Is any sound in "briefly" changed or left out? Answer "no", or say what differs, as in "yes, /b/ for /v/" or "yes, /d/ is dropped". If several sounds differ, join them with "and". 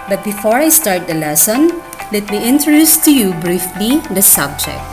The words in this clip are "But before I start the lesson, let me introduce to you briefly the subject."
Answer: no